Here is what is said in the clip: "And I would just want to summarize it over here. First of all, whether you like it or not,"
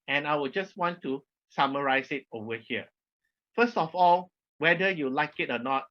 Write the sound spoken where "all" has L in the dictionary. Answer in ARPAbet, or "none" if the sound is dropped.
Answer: L